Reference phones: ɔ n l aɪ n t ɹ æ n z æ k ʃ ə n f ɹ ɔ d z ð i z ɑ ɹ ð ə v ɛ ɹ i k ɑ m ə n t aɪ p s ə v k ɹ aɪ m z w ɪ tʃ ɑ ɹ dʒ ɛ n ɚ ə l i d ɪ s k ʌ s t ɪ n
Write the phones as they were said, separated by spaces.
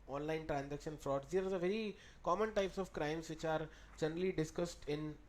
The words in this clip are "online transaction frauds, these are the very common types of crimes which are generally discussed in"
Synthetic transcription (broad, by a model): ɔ n l aɪ n t ɹ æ n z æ k ʃ ə n f ɹ ɔ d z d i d ɑ ɹ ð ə v ɛ ɹ i k ɑ m ə n t aɪ p s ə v k ɹ aɪ m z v ɪ tʃ ɑ ɹ dʒ ɛ n ɚ ə l i d ɪ s k ʌ s t ɪ n